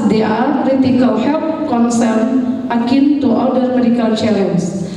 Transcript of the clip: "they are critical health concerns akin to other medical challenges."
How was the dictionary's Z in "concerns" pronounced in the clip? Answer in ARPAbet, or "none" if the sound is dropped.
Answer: none